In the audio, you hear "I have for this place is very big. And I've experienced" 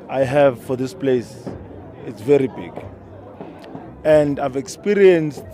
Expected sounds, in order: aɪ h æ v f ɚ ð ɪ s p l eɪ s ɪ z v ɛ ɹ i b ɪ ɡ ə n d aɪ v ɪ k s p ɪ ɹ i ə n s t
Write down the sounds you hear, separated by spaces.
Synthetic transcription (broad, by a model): aɪ h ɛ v f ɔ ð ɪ s p l eɪ s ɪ s v ɛ ɹ i b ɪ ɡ ə n d aɪ v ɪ k s p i ɹ i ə n s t